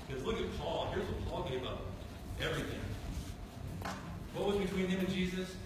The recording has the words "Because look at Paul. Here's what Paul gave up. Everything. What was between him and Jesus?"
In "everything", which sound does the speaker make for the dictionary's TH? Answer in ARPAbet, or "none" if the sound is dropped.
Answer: TH